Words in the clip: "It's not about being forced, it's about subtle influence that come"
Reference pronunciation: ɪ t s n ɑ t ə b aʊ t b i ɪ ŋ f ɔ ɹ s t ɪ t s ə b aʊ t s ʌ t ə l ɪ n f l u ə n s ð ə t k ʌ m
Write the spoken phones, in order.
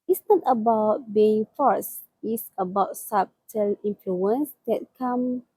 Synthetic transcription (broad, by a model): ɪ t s n ɑ t ə b aʊ t b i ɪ ŋ f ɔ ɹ s ɪ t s ə b aʊ t s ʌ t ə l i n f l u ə n s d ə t k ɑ m